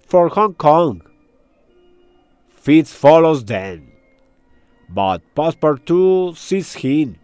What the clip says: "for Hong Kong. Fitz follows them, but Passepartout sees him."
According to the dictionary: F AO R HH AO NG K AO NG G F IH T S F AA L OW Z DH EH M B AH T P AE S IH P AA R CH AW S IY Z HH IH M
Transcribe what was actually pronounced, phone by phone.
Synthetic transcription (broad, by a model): F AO R HH AO NG K AO NG G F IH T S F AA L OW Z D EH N B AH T P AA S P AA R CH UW S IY S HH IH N